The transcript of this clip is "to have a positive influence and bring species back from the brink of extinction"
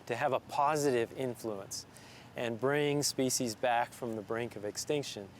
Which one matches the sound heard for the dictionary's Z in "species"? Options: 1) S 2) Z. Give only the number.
2